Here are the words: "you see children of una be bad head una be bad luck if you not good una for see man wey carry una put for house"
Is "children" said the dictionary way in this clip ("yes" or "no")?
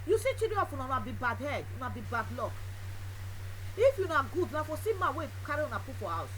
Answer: no